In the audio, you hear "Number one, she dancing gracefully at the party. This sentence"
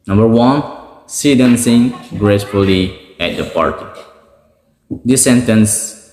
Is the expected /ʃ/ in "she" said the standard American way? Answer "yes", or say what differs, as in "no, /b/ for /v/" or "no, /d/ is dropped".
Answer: no, /s/ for /ʃ/